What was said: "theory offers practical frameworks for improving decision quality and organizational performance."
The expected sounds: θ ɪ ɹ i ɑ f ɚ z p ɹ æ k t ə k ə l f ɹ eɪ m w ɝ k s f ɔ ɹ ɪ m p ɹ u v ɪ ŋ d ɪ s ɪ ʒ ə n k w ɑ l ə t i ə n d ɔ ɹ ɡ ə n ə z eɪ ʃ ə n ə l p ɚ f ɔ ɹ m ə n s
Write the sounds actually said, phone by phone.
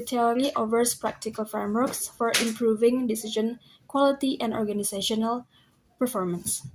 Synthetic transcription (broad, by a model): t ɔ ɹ i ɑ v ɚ s p ɹ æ k t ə k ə l f ɹ eɪ m w ɝ k s f ɔ ɹ ɪ m p ɹ u v ɪ ŋ d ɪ s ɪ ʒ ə n k w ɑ l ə t i ə n d ɔ ɹ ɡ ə n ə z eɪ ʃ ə n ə l p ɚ f ɔ ɹ m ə n s